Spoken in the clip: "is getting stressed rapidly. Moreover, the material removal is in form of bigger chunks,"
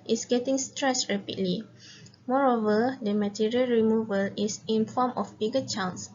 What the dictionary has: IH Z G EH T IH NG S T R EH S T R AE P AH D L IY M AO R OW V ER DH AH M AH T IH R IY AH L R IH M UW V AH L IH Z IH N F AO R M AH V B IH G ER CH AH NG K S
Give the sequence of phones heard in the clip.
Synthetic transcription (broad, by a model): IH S G EH T IH NG S T R EH S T R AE P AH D L IY M AO R OW V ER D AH M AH T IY R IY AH L R IH M UW V AH L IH S IH N F AO M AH F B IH G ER CH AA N S